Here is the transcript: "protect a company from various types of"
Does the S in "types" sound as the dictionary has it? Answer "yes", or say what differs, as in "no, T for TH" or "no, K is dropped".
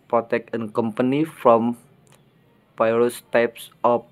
yes